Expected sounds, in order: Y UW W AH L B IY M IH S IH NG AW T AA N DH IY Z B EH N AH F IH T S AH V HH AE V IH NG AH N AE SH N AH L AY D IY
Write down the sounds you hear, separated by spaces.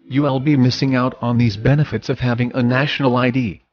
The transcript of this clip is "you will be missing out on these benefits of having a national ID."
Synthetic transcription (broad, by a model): Y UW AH L B IY M IH S IH NG AW T N DH IY Z B EH N AH F IH T S AH V HH AE V IH NG AH N AE SH N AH L AY D IY